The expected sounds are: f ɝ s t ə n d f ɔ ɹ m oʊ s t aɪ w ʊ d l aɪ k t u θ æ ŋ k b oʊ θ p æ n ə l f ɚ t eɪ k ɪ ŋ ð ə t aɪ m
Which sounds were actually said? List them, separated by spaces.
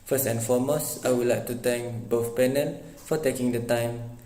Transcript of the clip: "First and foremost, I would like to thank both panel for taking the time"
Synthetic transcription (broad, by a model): f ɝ s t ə n f ɔ m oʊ s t aɪ w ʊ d l aɪ k t u t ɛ ŋ k b oʊ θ p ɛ n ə n f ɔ t eɪ k ɪ ŋ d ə t aɪ m